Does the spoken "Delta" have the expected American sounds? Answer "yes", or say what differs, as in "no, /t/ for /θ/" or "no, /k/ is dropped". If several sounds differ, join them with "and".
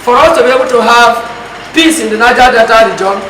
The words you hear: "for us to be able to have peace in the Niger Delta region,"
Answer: no, /l/ is dropped